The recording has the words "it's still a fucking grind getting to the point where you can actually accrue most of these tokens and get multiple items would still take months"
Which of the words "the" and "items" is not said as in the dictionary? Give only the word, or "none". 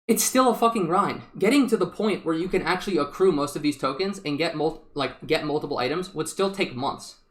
none